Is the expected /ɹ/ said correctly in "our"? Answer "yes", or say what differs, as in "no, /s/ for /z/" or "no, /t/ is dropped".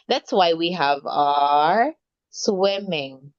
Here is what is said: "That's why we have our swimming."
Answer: yes